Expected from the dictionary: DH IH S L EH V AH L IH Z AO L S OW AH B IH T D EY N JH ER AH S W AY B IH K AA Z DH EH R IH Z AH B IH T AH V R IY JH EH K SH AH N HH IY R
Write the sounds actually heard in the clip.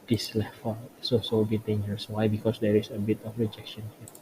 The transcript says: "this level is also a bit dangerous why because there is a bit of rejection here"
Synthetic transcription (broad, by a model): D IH S L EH F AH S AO S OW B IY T D EY N JH ER AH S W AY B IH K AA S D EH R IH S AH B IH T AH F R IY JH EH K SH AH N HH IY